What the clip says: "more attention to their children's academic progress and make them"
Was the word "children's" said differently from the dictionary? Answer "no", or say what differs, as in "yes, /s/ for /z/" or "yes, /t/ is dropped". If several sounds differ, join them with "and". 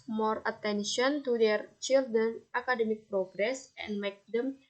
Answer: yes, /z/ is dropped